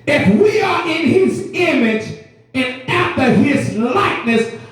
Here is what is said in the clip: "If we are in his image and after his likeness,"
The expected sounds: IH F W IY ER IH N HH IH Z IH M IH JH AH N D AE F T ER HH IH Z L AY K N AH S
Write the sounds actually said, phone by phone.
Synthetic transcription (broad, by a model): IH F W IY ER IH N HH IH Z IH M IH JH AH N AE F T ER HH IH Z L AY K N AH S